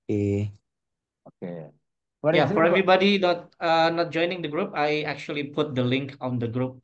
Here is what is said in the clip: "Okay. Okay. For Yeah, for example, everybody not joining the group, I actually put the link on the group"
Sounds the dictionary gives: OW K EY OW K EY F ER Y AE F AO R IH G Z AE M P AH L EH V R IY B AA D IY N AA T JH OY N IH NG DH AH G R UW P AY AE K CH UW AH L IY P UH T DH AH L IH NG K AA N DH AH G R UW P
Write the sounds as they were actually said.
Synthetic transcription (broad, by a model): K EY OW K EY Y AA F AO R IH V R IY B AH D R IY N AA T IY N AA T JH OY N IH NG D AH G R UW P AY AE K CH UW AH L IY P UH T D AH L IH NG K AA N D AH G R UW P